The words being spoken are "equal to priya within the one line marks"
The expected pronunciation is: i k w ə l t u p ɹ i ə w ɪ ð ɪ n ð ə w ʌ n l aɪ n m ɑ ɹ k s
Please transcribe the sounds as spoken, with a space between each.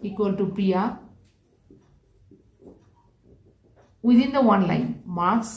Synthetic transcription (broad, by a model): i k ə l t u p i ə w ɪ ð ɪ n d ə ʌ n l aɪ n m ɑ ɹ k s